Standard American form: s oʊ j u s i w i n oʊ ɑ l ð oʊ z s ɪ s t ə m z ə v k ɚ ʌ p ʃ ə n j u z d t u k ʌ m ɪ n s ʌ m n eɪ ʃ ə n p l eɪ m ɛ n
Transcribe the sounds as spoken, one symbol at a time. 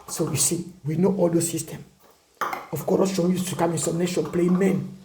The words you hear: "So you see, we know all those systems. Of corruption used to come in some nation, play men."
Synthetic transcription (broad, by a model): s oʊ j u s i w i n oʊ ɑ l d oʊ s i s t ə m ə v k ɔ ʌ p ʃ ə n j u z t u k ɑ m ɪ n s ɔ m n eɪ ʃ ə n p l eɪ m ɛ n